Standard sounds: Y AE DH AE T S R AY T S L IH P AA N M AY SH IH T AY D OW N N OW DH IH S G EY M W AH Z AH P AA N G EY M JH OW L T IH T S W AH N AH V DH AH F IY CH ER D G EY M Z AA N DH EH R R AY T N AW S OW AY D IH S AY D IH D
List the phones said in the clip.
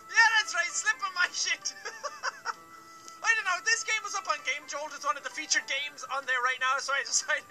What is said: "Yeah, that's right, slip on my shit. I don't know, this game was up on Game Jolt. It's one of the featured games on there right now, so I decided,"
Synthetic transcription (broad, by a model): Y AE DH AE T S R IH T S L IH P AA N M AY SH IH T AY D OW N N OW DH IH S G EY M W AH Z AH P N G EY M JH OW L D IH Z W AH N AH V DH AH F IY CH ER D G EY M Z N DH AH R R AY T N AW S OW AY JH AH S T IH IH